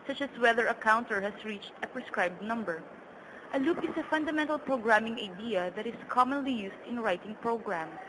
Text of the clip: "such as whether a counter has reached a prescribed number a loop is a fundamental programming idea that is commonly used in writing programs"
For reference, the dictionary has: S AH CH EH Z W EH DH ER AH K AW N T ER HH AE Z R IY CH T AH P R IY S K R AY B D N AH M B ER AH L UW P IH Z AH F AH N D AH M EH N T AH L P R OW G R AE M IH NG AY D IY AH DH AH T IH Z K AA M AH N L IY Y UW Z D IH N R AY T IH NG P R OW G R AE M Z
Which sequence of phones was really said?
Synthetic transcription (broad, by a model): S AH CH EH S W EH DH ER AH K AW N T ER HH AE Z R IY CH T AH P R IY S K R AY B D N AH M B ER AH L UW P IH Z AH F AH N D AH M EH N T AH L P R OW G R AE M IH NG AY D IY AH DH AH T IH S K AA M AH N L IY Y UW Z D IH N R AY T IH NG P R OW G R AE M